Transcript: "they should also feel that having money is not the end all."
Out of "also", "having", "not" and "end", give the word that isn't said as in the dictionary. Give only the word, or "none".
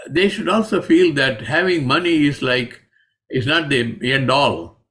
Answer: none